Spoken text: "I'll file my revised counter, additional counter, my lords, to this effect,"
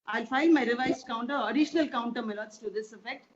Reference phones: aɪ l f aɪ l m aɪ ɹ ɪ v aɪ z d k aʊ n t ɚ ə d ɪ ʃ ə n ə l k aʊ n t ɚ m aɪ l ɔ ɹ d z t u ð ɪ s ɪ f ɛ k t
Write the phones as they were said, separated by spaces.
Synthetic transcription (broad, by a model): aɪ l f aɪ n m aɪ ɹ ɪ v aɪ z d k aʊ n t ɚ ə d ɪ ʃ ə n ə l k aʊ n t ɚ m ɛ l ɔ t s t u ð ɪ s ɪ f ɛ k t